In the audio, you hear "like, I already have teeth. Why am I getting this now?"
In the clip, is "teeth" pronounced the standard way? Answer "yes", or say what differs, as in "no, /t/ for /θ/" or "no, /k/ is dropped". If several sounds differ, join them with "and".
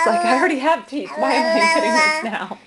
no, /t/ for /θ/